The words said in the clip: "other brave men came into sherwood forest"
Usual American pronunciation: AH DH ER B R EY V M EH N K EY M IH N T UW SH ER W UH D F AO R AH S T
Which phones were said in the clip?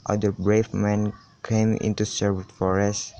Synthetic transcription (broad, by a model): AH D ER B R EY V M EH N K EY M IH N T UW S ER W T F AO R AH S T